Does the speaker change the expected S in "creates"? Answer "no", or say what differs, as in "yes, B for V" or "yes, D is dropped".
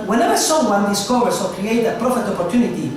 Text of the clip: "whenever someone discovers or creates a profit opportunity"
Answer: yes, S is dropped